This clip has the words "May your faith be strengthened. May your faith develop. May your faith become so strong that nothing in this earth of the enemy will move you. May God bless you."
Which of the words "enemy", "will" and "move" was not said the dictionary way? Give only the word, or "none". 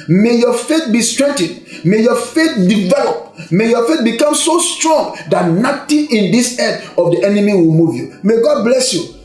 none